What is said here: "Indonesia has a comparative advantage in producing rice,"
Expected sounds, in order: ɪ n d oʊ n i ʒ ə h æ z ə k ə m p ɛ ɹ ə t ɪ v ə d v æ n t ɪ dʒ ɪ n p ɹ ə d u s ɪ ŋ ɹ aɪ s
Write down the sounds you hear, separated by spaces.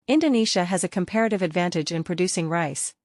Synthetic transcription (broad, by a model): ɪ n d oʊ n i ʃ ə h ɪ z ə k ə m p ɛ ɹ ə t ɪ v ə d v æ n t ɪ dʒ ɪ n p ɹ ə d u s ɪ ŋ ɹ aɪ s